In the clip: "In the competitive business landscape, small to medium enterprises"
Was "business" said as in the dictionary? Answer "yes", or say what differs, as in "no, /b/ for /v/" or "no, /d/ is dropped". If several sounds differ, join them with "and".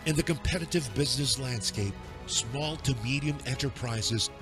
yes